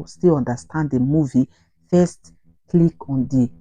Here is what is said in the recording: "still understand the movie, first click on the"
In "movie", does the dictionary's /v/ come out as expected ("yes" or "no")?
yes